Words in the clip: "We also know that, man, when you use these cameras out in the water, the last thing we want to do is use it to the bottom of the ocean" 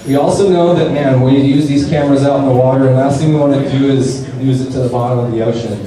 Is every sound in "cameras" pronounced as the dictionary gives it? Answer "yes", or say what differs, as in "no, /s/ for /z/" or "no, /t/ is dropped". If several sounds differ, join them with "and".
yes